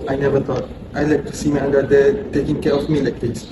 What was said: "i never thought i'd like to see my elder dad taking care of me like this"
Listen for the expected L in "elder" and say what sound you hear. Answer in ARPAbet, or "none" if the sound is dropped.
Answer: N